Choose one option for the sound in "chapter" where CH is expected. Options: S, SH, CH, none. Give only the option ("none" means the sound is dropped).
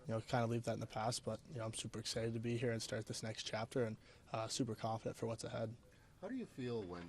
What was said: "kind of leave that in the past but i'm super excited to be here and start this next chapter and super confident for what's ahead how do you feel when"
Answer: CH